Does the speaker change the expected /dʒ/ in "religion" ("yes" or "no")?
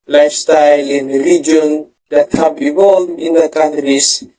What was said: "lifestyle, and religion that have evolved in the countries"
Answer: yes